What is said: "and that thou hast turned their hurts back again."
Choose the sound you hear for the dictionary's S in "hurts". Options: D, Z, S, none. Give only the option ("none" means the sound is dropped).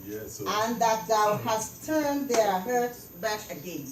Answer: none